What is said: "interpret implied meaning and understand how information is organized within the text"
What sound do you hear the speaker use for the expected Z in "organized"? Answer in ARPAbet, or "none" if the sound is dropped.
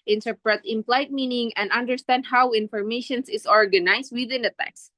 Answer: S